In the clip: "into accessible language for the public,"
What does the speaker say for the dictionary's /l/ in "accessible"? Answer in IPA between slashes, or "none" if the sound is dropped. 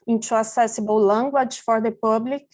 /w/